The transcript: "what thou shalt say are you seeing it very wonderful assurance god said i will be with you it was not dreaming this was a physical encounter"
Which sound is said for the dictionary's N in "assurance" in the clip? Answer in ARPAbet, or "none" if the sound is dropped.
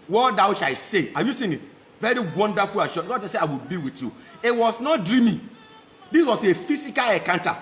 none